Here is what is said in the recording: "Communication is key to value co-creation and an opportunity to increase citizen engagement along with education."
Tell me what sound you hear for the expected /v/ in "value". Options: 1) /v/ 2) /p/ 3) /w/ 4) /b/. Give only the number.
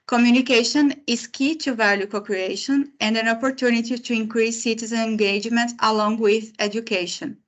1